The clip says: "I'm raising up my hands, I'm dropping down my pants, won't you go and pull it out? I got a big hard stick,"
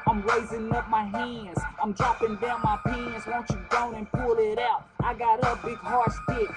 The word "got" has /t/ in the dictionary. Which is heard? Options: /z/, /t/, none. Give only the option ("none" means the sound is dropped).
/t/